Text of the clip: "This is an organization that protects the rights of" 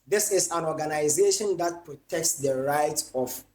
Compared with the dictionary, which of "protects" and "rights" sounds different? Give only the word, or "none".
rights